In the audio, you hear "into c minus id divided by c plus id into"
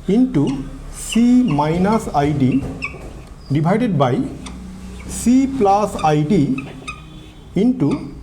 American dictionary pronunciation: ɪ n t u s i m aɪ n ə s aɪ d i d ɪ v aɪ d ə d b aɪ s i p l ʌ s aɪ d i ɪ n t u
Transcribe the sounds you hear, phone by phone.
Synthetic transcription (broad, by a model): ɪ n t u s i m aɪ n ə s aɪ d i d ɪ b aɪ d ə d b aɪ s i p l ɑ s aɪ d i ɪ n t u